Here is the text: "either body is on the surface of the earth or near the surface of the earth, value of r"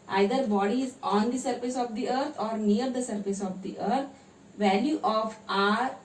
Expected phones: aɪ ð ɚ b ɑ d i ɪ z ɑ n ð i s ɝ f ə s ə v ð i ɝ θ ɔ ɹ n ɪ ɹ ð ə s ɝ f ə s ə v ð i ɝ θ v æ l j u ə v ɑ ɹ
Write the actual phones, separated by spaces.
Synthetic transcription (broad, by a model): aɪ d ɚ b ɑ d i ɪ z ɑ n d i s ɝ f ə s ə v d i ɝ t ɔ ɹ n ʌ ɹ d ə s ɝ f ə s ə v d i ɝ t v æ l j u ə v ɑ ɹ